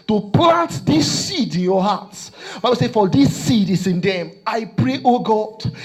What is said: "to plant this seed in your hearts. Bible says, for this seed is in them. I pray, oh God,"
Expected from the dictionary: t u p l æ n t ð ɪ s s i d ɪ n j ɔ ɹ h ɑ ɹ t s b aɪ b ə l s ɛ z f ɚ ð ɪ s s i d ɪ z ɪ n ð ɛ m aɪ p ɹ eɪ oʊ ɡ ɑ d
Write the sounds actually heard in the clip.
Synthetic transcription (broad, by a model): t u p l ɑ n t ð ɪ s s i d ɪ n j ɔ h ɑ t s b aɪ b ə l s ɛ f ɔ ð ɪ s s i d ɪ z ɪ n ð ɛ m aɪ p ɹ eɪ oʊ ɡ ɑ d